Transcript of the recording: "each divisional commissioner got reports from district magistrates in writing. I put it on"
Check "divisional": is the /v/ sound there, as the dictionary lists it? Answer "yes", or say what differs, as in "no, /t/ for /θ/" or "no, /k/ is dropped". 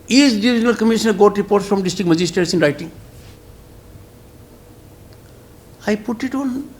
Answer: no, /v/ is dropped